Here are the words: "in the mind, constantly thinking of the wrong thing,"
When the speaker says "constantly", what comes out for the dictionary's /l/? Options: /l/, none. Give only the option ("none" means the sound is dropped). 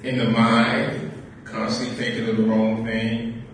none